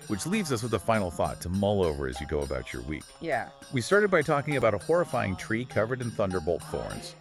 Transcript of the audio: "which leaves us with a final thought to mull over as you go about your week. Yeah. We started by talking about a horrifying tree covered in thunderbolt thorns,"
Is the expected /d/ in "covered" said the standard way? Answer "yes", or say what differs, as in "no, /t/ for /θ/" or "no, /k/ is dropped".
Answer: yes